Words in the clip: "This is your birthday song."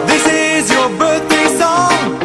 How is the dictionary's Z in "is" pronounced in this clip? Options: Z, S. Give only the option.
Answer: Z